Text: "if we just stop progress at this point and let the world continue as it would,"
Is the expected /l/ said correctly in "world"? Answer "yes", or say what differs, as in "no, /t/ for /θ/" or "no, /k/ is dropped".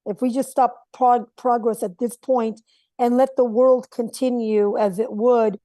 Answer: yes